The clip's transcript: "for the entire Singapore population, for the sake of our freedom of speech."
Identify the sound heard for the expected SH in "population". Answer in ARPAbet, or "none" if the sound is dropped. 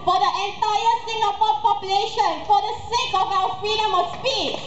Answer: SH